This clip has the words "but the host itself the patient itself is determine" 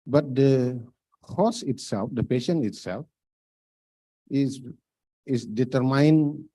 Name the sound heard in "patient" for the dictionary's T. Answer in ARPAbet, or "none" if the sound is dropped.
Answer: none